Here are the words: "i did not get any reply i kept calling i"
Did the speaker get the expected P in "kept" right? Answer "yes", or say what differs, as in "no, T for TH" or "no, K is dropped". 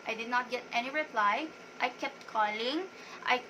yes